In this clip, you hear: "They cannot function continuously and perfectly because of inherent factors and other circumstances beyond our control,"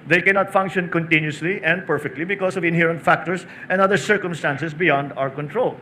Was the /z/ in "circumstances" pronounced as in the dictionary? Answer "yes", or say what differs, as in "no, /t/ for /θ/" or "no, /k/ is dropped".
no, /s/ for /z/